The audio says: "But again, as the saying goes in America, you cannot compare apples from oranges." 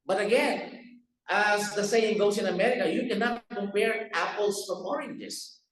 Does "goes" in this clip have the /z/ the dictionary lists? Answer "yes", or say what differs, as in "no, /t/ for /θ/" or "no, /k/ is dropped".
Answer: no, /s/ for /z/